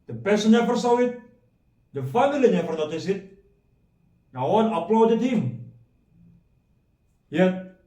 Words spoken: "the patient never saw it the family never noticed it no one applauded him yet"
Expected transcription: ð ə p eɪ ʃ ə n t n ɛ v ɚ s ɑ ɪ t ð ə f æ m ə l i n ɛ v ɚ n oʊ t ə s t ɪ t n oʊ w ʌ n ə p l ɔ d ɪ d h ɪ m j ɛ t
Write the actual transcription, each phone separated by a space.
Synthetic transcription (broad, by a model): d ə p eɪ s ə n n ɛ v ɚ s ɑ ɪ t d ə f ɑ m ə l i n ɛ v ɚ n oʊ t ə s ɪ t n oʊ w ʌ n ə p l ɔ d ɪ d h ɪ m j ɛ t